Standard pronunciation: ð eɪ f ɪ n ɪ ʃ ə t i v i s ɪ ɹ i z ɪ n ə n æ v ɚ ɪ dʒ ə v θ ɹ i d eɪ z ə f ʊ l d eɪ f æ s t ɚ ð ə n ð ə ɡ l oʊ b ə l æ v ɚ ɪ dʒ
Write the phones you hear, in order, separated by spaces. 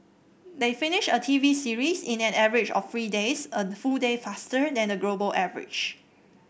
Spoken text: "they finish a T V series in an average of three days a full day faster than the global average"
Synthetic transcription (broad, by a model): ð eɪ f ɪ n ɪ ʃ ə t i v i s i ɹ i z ɪ n ə n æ v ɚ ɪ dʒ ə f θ ɹ i d eɪ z ə f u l d eɪ f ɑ s t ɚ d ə n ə ɡ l oʊ b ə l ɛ v ɚ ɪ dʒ